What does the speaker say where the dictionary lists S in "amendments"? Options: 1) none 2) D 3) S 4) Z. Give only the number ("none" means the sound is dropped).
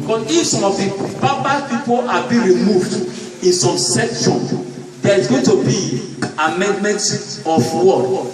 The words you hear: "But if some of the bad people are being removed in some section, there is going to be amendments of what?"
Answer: 1